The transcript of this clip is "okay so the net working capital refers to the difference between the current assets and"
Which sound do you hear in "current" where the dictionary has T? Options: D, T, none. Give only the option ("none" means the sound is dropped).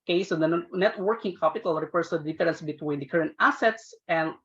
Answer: T